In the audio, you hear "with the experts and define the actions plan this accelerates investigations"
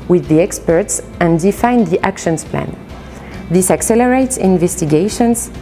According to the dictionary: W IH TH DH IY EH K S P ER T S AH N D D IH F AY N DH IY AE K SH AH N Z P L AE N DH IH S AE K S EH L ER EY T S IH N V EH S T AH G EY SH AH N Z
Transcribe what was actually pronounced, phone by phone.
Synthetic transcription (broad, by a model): W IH DH IY EH K S P ER T S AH N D D IH F AY N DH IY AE K SH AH N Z P L AE N DH IH S AE K S EH L ER EY T S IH N V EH S T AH G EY SH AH N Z